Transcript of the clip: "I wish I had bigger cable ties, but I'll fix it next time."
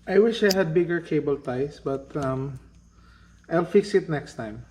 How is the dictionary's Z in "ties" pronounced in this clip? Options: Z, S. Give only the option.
S